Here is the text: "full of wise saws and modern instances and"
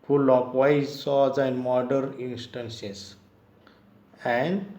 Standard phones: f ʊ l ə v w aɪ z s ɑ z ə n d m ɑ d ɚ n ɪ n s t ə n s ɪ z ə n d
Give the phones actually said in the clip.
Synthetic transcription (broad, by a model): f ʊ l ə f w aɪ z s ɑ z ə n d m ɑ d ɚ n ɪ n s t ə n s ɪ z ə n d